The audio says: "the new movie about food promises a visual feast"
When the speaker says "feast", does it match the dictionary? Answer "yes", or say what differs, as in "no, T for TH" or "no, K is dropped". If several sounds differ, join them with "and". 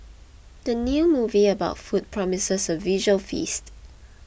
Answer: yes